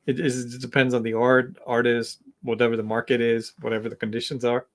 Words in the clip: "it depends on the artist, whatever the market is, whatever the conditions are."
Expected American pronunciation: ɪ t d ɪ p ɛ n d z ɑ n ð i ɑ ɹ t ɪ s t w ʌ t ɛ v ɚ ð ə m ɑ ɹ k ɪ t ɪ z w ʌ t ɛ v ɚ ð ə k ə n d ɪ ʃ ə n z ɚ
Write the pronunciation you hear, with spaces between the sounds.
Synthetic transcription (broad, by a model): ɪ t d ɪ p ɛ n d z n ð i ɑ ɹ t ɪ s t w ʌ t ɛ v ɚ ð ə m ɑ ɹ k ɪ t ɪ z w ʌ t ɛ v ɚ ð ə k n d ɪ ʃ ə n z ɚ